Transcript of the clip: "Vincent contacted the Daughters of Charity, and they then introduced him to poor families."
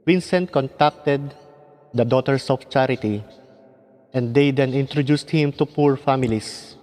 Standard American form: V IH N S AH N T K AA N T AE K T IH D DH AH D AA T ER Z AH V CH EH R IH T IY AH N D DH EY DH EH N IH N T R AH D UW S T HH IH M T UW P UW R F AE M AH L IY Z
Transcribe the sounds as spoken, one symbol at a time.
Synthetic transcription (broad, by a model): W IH N S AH N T K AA N T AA K T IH D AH D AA T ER S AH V CH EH R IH T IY AH N D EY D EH N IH N T R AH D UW S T HH IH M T UW P UW R F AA M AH L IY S